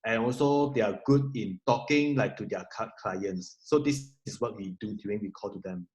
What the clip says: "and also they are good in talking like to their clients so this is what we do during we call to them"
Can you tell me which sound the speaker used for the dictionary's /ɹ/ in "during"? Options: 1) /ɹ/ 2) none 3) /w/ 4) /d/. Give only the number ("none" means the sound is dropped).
2